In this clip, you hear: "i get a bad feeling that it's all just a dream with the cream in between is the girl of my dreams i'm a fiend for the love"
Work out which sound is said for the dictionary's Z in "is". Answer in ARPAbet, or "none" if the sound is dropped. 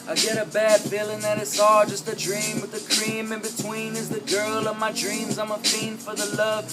Z